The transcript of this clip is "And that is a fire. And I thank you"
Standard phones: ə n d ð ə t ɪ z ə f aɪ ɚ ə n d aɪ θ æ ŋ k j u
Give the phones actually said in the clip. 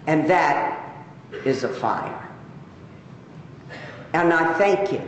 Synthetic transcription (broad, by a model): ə n ð ə t ɪ z ə f aɪ ɚ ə n aɪ θ æ ŋ k j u